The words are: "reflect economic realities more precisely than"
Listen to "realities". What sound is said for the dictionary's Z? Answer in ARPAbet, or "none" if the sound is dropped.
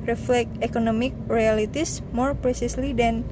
S